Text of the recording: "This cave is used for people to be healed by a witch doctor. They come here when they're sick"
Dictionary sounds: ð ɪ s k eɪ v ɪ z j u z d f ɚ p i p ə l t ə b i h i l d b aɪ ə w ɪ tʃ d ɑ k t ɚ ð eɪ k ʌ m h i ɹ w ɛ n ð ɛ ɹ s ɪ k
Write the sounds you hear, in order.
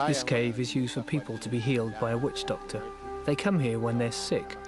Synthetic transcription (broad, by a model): ð ɪ s k eɪ v ɪ z j u z d f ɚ p i p ə l t ə b i h i l d b aɪ ə w ɪ tʃ d ɑ k t ɚ ð eɪ k ʌ m h i ɹ w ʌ n ð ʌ ɹ s ɪ k